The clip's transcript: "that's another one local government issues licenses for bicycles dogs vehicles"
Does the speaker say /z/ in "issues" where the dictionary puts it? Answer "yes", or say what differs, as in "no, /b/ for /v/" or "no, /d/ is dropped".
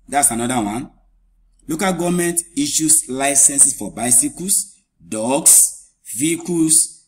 no, /s/ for /z/